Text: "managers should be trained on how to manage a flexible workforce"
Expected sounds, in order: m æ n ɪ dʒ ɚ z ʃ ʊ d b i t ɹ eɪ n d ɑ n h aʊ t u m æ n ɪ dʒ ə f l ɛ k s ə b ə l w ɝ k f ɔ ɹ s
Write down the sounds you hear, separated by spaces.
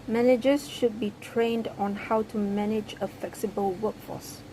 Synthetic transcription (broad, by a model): m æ n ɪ dʒ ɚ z ʃ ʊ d b i t ɹ eɪ n d ɑ n h aʊ t u m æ n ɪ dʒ ə f l ɛ k s ə b ə l w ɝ k f ɔ s